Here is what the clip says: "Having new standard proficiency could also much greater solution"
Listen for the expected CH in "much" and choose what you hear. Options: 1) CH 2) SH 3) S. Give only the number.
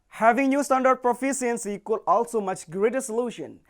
1